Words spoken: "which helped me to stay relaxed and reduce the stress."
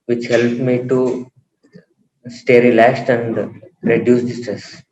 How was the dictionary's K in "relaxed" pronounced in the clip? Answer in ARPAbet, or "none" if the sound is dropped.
none